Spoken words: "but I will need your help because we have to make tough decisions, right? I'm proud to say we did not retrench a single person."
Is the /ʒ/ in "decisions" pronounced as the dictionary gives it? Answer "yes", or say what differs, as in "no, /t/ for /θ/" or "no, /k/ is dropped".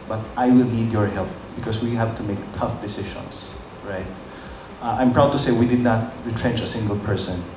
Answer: no, /ʃ/ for /ʒ/